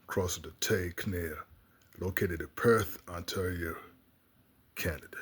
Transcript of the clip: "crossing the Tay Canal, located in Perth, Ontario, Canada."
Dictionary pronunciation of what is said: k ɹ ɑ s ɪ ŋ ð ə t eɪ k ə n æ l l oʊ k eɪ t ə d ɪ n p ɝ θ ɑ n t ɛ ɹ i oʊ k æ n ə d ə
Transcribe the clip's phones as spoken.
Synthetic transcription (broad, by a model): k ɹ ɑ s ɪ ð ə t eɪ k n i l l oʊ k eɪ t ə d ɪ p ɝ θ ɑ n t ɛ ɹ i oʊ k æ n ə d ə